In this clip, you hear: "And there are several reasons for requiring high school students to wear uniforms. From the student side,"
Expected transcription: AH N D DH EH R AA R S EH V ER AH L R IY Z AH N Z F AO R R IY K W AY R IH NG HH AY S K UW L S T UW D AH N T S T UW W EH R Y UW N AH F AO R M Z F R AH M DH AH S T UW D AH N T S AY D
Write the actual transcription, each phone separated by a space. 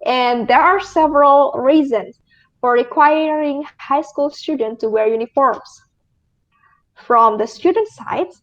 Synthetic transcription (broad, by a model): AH N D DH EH R AA R S EH V ER AH L R IY Z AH N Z F AO R R IY K W AY R IH NG HH AY S K UW L S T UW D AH N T T UW W EH R Y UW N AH F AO R M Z F R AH M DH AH S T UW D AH N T S AY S